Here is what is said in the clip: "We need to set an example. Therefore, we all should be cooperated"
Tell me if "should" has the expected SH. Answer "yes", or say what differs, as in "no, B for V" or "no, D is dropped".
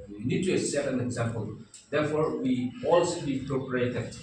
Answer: no, S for SH